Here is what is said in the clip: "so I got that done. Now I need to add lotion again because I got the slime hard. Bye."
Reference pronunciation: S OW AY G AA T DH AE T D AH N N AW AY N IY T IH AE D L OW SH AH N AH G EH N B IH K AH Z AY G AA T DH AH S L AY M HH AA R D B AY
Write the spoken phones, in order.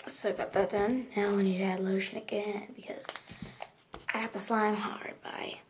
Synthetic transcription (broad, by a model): S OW AY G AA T DH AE T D AH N N AW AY N IY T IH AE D L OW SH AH N AH G EH N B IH K AH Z AY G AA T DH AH S L AY M HH AA R D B AY